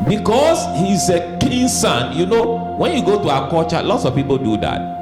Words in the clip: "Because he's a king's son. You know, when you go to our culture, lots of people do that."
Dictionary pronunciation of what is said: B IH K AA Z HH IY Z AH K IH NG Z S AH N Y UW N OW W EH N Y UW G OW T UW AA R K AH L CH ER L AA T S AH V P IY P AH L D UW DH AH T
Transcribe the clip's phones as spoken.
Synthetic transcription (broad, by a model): B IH K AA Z HH IY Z AH K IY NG S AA N Y UW N OW W EH N Y UW G OW T UW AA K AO CH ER L AA T S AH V P IY P AH L D UW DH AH T